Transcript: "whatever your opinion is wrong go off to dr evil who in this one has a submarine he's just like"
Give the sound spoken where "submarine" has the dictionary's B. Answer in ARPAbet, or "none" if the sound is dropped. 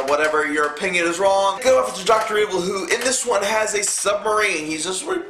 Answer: B